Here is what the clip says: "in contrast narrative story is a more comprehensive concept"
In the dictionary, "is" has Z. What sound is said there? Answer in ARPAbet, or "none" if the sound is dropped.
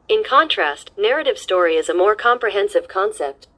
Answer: Z